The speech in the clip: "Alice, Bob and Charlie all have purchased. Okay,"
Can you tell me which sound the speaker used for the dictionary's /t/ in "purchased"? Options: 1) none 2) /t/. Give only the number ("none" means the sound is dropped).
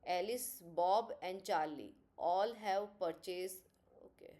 1